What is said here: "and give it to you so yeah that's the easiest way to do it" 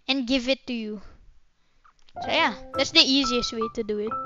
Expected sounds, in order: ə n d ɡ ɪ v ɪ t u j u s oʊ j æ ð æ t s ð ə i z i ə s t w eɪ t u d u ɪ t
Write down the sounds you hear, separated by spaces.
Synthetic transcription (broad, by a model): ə n ɡ ɪ v ɪ t u j u s oʊ j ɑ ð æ t s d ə i z i ə s t w eɪ t u d u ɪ t